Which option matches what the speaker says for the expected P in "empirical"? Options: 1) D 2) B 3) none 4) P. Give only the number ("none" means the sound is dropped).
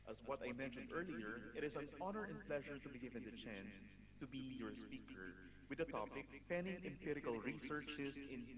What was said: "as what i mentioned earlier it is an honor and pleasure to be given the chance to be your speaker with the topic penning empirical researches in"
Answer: 4